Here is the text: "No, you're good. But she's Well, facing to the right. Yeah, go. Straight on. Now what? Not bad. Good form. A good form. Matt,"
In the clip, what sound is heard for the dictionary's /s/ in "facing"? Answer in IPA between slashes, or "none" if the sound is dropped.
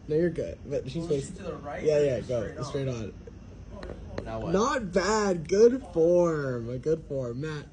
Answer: none